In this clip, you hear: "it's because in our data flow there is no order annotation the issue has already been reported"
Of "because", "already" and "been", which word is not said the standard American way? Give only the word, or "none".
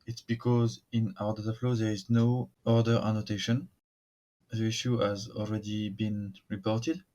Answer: none